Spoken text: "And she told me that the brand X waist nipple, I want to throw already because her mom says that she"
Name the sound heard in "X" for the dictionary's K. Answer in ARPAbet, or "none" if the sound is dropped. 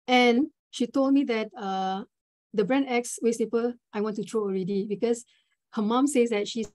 K